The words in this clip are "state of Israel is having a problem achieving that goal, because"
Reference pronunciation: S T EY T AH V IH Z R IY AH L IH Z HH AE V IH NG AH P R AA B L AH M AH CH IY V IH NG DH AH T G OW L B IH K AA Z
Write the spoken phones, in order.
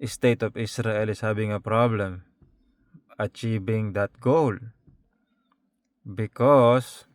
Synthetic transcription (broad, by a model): S T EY T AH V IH S R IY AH L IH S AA B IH NG AH P R AA B L AH M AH CH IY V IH NG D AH T G OW L B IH K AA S